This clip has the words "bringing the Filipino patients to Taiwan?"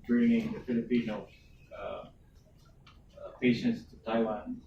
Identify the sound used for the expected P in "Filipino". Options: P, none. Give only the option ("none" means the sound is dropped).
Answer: P